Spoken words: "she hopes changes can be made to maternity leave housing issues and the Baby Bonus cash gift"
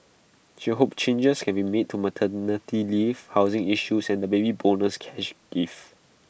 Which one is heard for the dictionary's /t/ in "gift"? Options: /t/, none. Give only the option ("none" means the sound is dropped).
none